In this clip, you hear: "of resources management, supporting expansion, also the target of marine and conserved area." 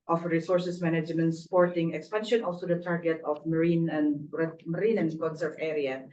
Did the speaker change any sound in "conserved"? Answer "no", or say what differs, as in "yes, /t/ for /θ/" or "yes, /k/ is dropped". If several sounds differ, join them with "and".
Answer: yes, /d/ is dropped